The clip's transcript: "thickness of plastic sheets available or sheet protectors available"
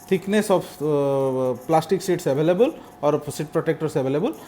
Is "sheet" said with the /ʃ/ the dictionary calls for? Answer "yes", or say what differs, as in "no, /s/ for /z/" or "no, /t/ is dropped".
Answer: no, /s/ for /ʃ/